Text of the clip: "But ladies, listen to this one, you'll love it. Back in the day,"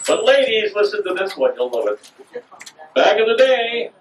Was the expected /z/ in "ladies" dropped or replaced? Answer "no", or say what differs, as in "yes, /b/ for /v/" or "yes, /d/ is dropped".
no